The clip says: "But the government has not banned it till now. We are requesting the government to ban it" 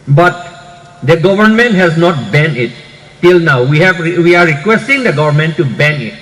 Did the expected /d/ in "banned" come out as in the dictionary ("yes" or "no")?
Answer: no